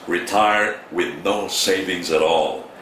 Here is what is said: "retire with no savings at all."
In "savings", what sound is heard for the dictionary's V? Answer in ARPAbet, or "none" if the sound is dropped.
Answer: V